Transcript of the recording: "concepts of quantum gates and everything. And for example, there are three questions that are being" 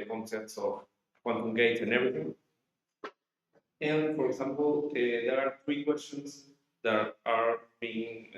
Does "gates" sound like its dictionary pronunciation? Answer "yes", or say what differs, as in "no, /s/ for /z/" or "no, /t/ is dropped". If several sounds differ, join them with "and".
no, /s/ is dropped